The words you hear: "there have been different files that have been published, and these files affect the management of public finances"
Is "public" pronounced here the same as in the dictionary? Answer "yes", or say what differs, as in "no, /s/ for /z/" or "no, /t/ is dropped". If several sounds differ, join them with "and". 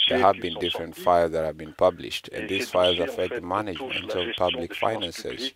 yes